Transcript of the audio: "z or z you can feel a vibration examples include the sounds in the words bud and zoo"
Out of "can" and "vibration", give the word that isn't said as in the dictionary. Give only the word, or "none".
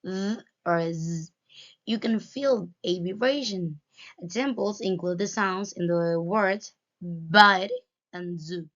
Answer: vibration